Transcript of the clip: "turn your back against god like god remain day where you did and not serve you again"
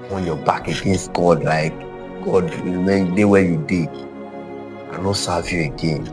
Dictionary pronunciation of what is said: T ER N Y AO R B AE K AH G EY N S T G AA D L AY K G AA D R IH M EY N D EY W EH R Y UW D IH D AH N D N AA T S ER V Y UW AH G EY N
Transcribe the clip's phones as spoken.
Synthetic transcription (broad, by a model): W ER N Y AO B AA K AH G EY N S T G AA D L AY K G AA D W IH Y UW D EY W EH Y UW D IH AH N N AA S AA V Y UW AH G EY N